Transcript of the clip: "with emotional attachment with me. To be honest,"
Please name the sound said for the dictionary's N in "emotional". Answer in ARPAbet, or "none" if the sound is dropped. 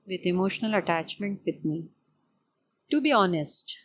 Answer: N